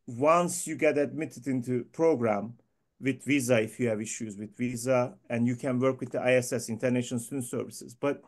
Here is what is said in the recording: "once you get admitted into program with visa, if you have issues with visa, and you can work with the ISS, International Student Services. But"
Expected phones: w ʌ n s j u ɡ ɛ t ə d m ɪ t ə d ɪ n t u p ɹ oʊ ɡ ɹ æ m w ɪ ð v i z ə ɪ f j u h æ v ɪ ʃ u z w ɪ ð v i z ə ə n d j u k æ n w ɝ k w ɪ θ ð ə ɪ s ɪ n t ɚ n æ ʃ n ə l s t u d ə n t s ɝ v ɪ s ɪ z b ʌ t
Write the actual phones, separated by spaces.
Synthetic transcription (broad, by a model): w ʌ n s j u ɡ ɛ t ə d m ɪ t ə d ɪ n t u p ɹ oʊ ɡ ɹ æ m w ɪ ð v i z ə ɪ f j u h æ v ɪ ʃ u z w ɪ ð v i z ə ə n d j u k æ n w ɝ k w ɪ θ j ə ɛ s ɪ n t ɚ n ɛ ʃ ə n s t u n s ɝ v ɪ s ɪ z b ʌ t